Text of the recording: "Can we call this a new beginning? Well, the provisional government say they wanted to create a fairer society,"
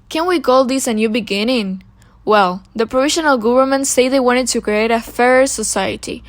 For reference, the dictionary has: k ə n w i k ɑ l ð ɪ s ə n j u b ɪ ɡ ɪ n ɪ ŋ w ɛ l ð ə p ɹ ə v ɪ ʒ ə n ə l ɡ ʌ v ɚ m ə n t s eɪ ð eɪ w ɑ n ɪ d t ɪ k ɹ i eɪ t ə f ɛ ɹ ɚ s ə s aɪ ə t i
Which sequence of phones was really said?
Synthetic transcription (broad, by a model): k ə n w i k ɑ l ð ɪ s ə n j u b ɪ ɡ ɪ n ɪ ŋ w ɛ l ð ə p ɹ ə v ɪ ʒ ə n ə l ɡ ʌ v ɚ m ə n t s eɪ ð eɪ w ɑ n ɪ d t ɪ k ɹ i eɪ t ə f ɛ ɹ ɚ s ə s aɪ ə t i